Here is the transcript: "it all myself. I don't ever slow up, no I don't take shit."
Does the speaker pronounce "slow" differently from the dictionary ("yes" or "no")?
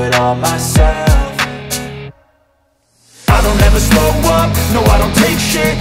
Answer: yes